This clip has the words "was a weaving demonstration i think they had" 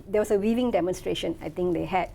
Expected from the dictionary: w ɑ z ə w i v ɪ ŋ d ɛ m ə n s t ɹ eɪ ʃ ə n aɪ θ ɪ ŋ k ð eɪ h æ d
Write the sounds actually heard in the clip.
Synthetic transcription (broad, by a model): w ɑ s ə w i v ɪ ŋ d ɛ m ə n s t ɹ eɪ ʃ ə n aɪ t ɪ ŋ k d eɪ h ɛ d